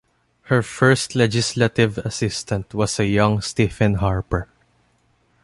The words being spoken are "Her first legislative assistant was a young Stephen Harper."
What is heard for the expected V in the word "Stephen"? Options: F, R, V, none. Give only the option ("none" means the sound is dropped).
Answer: F